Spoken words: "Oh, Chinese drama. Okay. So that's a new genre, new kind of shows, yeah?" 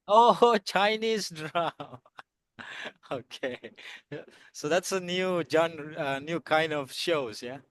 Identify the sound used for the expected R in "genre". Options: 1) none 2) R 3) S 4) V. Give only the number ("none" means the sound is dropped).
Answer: 1